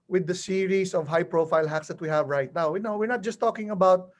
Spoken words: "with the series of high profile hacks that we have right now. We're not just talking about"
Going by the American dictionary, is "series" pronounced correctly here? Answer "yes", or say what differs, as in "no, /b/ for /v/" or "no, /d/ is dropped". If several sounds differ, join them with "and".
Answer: no, /s/ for /z/